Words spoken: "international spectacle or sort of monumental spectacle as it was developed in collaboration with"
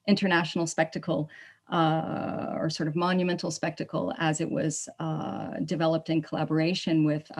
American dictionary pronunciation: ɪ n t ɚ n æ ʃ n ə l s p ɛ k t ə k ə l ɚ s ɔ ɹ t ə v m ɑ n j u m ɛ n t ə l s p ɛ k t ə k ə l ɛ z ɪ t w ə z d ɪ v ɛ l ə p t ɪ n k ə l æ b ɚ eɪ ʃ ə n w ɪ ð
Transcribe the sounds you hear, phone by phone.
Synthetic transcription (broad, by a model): ɪ n t ɚ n æ ʃ n l s p ɛ k t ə k l ɚ s ɔ ɹ t ə v m ɑ n j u m ɛ n t l s p ɛ k t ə k l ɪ z ɪ t w ə z d ɪ v ɛ l ə p t ɪ n k ə l æ b ɚ eɪ ʃ ə n w ɪ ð